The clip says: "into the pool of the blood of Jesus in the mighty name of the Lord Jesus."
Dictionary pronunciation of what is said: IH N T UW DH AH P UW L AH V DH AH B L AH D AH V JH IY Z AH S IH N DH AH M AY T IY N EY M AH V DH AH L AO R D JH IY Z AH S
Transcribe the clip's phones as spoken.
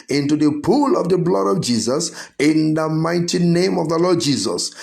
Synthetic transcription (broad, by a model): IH N T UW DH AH P UW L AH V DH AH B L AH D AH V JH IY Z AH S IH N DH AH M AY T IY N EY M AH V DH AH L AO D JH IY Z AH S